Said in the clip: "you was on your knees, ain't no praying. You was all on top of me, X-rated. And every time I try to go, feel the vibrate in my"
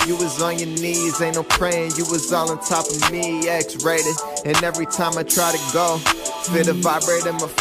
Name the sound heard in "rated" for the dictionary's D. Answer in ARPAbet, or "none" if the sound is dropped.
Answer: none